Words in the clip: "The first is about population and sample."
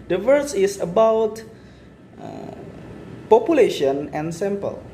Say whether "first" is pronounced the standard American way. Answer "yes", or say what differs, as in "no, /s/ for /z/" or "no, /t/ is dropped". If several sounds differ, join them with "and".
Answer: no, /t/ is dropped